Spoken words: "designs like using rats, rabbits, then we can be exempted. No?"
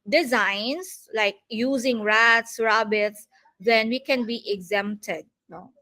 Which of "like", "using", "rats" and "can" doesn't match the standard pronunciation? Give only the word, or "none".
none